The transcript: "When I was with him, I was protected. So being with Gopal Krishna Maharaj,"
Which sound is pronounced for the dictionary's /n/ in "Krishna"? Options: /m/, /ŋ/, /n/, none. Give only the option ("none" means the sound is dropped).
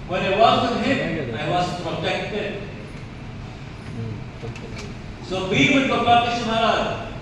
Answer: none